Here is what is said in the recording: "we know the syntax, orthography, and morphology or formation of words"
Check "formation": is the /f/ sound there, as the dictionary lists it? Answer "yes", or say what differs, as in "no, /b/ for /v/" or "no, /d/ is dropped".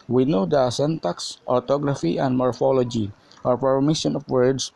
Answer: no, /p/ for /f/